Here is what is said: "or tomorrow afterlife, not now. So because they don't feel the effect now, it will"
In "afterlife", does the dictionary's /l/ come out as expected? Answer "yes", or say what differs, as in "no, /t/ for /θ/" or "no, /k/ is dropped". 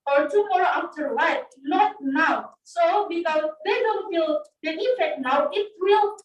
no, /w/ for /l/